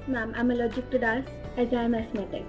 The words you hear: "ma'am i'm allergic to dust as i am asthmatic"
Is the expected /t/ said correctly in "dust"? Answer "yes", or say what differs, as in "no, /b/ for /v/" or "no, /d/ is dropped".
no, /t/ is dropped